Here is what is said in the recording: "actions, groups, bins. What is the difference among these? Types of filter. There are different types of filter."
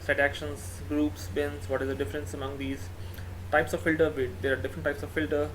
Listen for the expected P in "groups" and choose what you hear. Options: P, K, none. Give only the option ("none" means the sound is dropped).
P